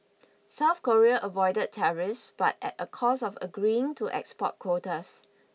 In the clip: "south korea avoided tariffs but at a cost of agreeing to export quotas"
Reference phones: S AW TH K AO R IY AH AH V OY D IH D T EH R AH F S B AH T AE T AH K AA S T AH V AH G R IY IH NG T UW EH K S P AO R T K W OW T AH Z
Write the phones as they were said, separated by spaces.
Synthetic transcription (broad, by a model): S AW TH K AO R IY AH AH V OY D IH D T EH R AH F S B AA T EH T AH K AA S AH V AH G R IY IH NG T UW EH K S P AO T K W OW T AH S